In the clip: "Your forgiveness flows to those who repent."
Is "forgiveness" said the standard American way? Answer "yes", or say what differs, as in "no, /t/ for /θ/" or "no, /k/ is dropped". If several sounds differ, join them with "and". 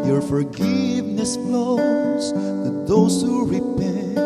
yes